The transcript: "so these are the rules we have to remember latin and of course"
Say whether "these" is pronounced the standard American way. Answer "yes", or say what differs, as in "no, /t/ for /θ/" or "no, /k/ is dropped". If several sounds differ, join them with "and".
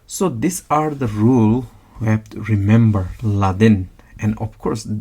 no, /s/ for /z/